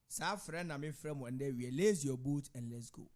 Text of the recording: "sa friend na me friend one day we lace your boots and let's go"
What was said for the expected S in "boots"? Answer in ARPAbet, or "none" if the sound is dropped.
none